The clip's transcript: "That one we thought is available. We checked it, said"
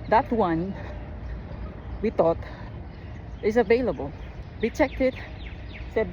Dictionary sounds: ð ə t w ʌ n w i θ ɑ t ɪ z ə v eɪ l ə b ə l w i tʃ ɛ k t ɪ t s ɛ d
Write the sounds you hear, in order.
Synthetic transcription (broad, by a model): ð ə t w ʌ n w i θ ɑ t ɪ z ə v eɪ l ə b ə l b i tʃ ɛ k t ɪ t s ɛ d